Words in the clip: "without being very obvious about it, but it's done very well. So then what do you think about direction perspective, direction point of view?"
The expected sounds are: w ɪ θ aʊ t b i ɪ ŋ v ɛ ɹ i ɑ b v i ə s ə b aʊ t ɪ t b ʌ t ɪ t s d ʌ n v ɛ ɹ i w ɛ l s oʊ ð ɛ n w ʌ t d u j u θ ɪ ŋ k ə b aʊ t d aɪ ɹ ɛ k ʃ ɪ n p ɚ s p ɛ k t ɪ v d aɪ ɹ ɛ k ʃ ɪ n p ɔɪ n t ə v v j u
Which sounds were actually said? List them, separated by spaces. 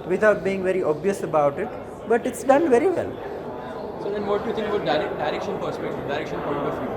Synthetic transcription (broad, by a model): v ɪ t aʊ t b i ɪ ŋ v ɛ ɹ i ɑ b v i ə s ə b aʊ t ɪ t b ʌ t ɪ t s d ʌ n v ɛ ɹ i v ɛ l s oʊ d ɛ n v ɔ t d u j u t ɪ ŋ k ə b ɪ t d aɪ ɹ ɛ k ʃ ɪ n p ɚ s p ɛ k t ɪ v d aɪ ɹ ɛ k ʃ ɪ n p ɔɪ t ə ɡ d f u